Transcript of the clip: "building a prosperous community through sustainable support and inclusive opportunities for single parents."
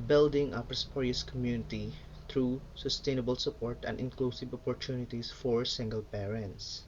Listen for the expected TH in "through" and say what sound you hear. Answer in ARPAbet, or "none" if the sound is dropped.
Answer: T